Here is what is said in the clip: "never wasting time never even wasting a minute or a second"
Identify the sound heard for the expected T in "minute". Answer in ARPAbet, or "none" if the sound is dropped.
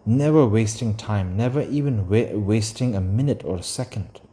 T